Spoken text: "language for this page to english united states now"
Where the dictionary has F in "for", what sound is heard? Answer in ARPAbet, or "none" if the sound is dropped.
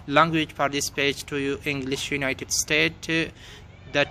P